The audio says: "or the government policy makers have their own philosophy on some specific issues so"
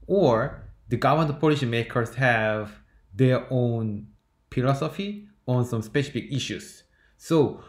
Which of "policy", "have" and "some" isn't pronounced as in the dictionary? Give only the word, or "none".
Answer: policy